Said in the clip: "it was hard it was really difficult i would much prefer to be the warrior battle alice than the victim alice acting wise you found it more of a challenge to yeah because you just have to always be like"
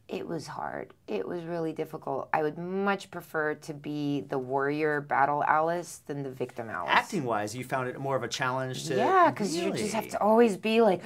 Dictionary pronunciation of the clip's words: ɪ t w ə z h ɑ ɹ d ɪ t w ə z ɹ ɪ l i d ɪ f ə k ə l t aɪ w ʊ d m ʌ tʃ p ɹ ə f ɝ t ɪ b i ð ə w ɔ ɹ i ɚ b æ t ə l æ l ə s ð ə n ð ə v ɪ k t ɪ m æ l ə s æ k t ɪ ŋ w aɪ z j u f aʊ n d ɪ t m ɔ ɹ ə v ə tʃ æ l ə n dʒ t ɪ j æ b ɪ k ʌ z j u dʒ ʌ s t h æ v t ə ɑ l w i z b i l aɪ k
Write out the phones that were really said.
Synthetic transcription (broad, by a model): ɪ t w ə z h ɑ ɹ d ɪ t w ə z ɹ ɪ l i d ɪ f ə k l t aɪ w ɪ d m ʌ tʃ p ɹ ə f ɝ t ɪ b i ð ə w ɔ ɹ i ɚ b æ t l æ l ə s ð ə n ð ə v ɪ k t ɪ m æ l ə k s t ɪ ŋ w aɪ z j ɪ f aʊ n d ɪ t m ɔ ɹ ə v ə tʃ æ l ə n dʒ t ɪ j æ k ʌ z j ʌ dʒ ʌ s t h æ f t ə ɑ l w i z b i l aɪ k